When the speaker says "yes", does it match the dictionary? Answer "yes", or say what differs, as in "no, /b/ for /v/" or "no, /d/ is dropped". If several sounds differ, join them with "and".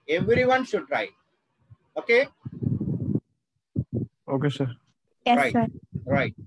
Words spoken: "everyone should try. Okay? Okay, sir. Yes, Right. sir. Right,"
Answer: no, /s/ is dropped